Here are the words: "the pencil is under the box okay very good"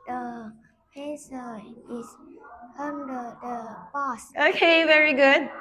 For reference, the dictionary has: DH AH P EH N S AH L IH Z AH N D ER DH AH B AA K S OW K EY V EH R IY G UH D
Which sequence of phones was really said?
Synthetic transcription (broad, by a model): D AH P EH S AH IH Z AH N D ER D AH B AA S OW K EY V EH R IY G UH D